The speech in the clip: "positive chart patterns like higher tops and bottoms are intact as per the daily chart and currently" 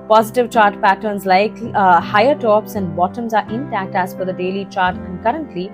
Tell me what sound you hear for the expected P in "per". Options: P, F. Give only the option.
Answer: F